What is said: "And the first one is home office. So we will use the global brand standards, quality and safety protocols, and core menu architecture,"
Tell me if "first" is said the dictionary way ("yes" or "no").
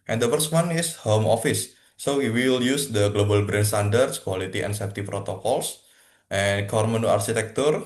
no